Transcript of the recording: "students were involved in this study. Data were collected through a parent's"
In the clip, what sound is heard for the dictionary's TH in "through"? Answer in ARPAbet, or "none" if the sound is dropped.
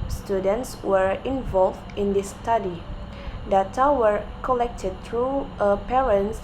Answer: T